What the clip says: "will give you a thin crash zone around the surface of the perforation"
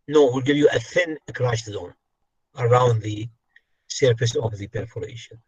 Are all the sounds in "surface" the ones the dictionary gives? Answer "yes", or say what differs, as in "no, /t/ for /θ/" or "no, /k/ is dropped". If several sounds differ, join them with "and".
no, /p/ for /f/